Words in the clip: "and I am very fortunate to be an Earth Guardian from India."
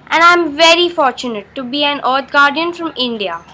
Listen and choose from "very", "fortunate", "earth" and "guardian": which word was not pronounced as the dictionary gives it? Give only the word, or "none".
earth